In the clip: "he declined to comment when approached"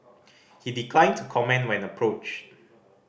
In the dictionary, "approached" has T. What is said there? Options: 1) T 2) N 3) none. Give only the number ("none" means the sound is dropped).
3